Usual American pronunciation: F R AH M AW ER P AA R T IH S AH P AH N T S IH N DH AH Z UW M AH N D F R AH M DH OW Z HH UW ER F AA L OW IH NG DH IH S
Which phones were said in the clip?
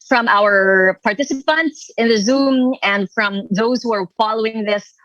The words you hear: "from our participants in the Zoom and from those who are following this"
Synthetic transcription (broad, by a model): F R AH M AW ER P AA R T IH S AH P AH N T S IH N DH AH Z UW M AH N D F R AH M DH OW Z HH UW ER F AA L OW IH NG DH IH S